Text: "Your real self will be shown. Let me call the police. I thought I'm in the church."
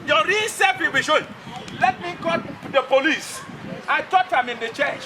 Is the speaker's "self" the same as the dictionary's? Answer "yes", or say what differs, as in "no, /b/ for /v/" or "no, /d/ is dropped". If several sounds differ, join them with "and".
no, /l/ is dropped